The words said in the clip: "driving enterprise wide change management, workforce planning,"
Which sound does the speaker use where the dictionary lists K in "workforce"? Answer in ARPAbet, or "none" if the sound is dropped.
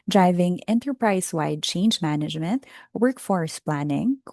K